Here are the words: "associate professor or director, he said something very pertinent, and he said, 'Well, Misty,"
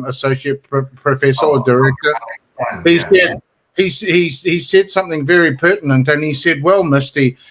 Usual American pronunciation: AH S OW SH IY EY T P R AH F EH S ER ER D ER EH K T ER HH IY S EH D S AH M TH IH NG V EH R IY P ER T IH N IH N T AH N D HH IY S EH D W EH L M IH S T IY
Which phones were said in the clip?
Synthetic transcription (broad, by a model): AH S OW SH IY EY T P R AH F EH S ER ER D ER EH K T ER HH IY S EH D S AH M TH IH NG V EH R IY P ER T N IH N T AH N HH IY S EH D W EH L M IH S T IY